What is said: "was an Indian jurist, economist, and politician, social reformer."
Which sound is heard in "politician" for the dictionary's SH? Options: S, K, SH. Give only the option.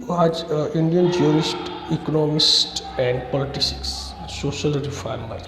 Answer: S